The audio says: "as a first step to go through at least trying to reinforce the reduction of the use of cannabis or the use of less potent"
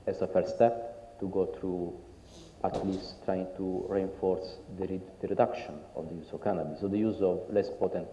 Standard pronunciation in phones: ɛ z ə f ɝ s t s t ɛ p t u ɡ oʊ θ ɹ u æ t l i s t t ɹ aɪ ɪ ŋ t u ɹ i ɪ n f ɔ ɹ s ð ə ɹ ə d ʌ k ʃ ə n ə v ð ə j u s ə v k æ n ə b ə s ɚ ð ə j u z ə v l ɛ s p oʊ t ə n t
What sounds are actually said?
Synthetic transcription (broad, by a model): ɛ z ə f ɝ t s t ɛ p t u ɡ oʊ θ ɹ u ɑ t l i s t t ɹ aɪ ɪ ŋ t u ɹ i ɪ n f ɔ ɹ s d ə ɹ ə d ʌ k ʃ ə n ə v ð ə j u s ə v k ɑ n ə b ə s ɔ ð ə j u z ə v l ɛ s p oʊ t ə n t